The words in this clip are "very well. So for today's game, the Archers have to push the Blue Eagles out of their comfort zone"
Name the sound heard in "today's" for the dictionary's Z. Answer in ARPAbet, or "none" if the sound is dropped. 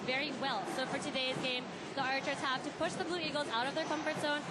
Z